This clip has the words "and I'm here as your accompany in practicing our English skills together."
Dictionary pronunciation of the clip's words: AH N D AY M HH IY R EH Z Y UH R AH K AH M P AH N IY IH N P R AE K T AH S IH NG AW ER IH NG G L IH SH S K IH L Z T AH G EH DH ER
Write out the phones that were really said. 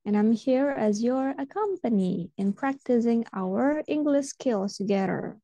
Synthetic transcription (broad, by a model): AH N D AY M HH IY R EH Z Y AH R AH K AH M P AH N IY IH N P R AE K T AH S IH NG AW ER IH NG G L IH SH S K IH L T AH G EH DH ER